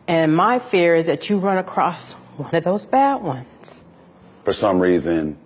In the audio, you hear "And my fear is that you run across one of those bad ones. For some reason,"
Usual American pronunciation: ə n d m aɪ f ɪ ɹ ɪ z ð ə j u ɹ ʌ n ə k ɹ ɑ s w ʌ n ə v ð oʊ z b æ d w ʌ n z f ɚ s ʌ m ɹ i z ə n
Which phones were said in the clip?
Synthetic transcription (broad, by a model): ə n m aɪ f ɪ ɹ ɪ z ð ə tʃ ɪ ɹ ʌ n ə k ɹ ɑ s w ʌ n ə v ð oʊ z b æ d w ʌ n z f ɚ s ʌ m ɹ i z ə n